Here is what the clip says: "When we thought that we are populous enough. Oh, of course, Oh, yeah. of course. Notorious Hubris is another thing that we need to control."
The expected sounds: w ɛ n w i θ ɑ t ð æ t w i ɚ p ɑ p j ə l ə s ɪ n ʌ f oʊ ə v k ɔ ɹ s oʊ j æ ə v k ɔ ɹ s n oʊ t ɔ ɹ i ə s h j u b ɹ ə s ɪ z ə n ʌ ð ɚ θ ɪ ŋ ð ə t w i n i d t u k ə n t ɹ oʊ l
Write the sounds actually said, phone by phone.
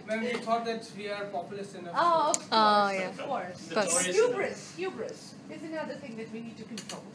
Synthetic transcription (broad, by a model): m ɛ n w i t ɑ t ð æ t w i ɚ p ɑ p j l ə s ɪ n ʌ oʊ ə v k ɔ oʊ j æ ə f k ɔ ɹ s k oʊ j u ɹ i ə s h j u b ɹ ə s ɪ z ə n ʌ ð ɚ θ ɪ ŋ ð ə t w i n i d t u k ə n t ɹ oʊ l